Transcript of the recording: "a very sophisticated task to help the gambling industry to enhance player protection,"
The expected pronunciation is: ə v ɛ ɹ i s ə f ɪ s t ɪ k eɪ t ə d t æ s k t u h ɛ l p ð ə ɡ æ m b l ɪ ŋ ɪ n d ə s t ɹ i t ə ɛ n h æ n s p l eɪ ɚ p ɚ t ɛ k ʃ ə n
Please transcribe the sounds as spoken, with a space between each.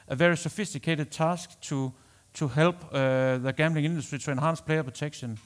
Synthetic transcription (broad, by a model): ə v ɛ ɹ i s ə f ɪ s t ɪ k eɪ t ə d s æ s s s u h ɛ l b ð ə ɡ æ m b l ɪ ŋ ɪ n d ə s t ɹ i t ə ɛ n h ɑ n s p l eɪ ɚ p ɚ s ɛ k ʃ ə n